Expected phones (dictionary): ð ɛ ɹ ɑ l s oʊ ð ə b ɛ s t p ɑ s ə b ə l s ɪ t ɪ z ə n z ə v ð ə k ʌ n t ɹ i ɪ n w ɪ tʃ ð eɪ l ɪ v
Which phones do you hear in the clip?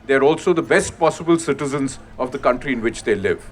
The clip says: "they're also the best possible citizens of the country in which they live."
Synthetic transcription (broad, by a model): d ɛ ɹ ɑ l s oʊ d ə b ɛ s t p ɑ s ə b ə l s ɪ t ɪ z ə n z ə v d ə k ʌ n t ɹ i ɪ n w ɪ tʃ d eɪ l ɪ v